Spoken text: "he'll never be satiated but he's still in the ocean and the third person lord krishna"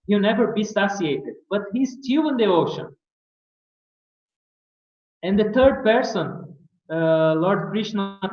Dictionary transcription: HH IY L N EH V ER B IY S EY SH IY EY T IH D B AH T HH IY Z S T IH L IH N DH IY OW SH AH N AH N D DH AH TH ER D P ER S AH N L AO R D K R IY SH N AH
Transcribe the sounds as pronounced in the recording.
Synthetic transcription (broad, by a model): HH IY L N EH V ER B IY S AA S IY EY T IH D B AH T HH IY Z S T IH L IH N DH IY OW SH AH N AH N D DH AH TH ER D P ER S AH N L AO R D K R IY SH N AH